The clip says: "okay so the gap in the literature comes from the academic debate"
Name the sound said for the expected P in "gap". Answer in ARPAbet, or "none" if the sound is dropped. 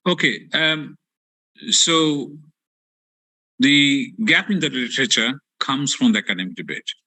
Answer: P